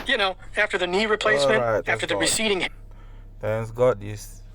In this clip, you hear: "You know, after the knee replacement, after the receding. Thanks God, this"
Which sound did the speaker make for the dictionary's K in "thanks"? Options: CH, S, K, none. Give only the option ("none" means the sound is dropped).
none